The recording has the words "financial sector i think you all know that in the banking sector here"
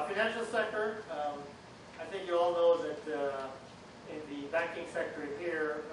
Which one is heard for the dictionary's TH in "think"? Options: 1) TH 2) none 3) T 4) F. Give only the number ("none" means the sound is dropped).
1